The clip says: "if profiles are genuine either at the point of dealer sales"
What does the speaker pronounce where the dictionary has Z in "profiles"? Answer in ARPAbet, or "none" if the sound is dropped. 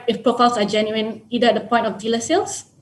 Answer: S